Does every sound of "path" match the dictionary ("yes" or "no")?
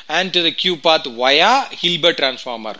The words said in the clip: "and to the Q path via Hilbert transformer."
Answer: no